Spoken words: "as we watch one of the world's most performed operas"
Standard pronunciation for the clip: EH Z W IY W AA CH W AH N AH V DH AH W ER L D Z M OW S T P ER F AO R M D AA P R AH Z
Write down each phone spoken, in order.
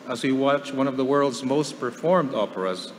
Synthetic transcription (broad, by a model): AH Z W IY W AA CH W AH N AH V DH AH W ER L D Z M OW S T P ER F AO R M D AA P R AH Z